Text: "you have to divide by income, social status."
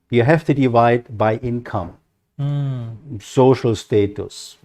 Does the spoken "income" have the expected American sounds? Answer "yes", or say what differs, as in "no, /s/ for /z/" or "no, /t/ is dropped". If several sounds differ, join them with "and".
yes